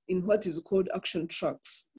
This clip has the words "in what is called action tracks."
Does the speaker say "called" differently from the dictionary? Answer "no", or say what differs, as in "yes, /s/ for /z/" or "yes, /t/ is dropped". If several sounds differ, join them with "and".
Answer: no